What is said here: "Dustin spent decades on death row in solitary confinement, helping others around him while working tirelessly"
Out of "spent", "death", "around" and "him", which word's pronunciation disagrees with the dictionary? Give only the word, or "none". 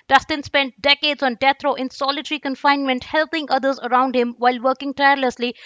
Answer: death